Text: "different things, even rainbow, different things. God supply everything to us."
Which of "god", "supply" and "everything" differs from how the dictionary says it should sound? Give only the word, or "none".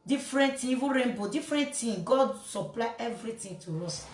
everything